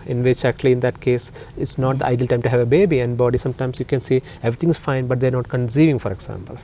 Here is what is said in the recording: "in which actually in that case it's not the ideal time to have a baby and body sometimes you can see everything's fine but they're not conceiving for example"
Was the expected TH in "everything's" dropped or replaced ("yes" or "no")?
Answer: yes